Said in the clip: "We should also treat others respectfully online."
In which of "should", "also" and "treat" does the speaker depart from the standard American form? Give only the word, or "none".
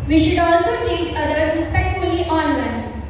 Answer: treat